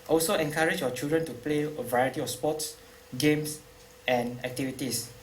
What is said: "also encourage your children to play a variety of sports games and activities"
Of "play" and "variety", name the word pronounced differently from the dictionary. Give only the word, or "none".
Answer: none